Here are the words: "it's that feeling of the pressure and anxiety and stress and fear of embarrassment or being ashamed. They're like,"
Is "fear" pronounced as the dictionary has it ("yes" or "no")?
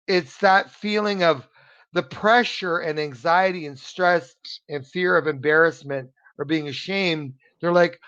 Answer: yes